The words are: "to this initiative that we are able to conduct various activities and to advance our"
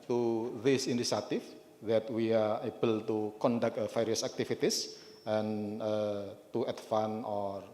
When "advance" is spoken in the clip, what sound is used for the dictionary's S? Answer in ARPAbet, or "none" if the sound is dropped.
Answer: none